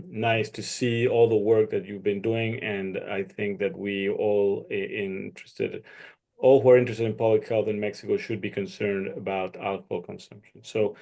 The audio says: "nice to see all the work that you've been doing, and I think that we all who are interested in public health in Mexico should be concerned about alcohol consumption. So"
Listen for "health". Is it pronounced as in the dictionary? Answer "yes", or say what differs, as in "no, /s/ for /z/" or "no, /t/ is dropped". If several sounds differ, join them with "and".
yes